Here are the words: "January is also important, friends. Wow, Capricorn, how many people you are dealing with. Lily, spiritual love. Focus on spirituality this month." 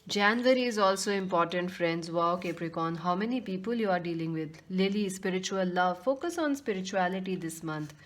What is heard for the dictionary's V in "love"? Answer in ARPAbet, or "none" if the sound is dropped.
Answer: V